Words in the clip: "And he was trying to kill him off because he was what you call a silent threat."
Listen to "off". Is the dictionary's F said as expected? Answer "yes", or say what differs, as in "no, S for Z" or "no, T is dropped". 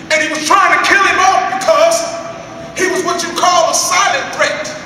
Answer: no, P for F